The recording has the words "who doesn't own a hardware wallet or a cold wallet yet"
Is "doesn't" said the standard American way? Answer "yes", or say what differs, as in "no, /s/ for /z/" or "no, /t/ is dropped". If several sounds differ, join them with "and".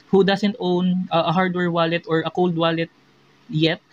no, /s/ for /z/